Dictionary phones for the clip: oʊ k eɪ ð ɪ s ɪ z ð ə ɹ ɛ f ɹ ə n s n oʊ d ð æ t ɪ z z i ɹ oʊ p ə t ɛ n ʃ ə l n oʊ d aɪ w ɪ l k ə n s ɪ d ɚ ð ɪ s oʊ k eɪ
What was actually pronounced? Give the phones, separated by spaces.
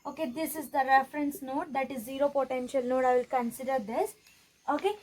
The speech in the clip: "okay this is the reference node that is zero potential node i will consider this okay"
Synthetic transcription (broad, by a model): oʊ k eɪ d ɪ s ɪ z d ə ɹ ɛ f ɹ ə n s n oʊ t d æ t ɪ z z i ɹ oʊ p ə t ɛ n ʃ ə l n oʊ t aɪ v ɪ l k ə n s ɪ d ɚ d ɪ s oʊ k eɪ